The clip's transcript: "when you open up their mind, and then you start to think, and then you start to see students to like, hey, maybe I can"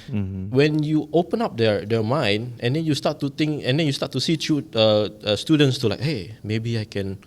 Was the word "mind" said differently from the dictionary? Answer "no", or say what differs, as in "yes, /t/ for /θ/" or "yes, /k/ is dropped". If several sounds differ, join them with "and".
yes, /d/ is dropped